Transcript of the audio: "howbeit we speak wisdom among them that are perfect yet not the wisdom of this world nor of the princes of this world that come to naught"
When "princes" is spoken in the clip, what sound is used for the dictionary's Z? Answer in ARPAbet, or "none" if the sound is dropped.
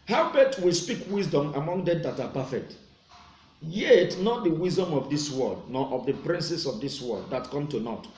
S